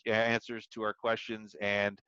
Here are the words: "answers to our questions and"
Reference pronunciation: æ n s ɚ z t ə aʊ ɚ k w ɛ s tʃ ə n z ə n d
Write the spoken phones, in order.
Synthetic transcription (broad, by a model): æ n s ɚ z t ə aʊ ɚ k w ɛ s tʃ ə n z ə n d